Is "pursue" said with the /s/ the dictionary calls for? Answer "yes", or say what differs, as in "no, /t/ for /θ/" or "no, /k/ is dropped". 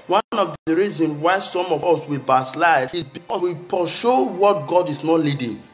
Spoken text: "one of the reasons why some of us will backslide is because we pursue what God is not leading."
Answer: no, /ʃ/ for /s/